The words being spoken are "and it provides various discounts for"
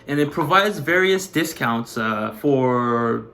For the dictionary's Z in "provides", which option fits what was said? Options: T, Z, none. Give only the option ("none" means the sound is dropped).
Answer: Z